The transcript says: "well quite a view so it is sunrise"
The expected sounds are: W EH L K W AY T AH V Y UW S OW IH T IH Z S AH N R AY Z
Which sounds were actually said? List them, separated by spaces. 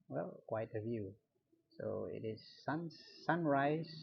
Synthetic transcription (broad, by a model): W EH L K W AY T AH V Y UW S OW IH T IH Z S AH N R AY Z